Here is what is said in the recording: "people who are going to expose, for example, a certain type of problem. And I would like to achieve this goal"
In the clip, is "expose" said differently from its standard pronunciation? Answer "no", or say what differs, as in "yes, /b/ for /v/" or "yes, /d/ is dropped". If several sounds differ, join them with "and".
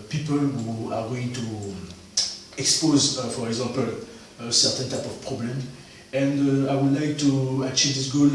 no